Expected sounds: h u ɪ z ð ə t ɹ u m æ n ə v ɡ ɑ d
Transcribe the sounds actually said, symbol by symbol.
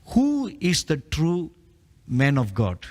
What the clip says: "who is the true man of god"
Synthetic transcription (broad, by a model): h u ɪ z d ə t ɹ u m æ n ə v ɡ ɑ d